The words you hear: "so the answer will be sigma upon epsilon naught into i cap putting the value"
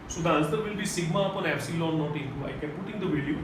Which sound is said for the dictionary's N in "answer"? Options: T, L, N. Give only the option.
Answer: L